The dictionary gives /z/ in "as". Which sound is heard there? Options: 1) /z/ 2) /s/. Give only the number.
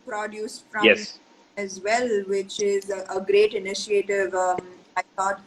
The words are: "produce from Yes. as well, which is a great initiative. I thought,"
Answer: 1